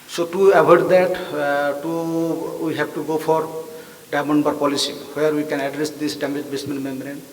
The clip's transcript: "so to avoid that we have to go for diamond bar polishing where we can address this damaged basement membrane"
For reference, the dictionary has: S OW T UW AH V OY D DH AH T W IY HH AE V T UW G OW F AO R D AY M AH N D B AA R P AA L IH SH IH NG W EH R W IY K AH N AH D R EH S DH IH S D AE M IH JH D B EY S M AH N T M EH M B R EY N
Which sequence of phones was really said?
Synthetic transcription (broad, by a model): S OW T UW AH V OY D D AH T W IY HH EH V T UW G OW P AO R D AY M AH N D B AA R P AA L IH S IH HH W EH R W IY K AH N AH D R EH S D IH S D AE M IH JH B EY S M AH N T M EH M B R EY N